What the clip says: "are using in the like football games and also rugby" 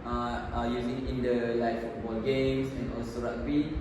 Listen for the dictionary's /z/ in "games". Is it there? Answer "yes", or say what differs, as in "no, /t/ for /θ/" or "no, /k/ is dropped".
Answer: no, /s/ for /z/